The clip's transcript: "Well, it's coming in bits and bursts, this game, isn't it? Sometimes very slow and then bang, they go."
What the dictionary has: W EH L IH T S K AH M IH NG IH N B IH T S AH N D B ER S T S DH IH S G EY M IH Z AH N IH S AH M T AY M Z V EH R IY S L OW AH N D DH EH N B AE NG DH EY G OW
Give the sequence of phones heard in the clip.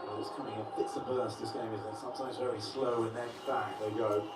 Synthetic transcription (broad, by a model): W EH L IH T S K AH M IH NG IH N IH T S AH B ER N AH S DH IH S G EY IH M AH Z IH S AH M T AY M Z V EH R IY S L OW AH N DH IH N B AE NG DH EY G OW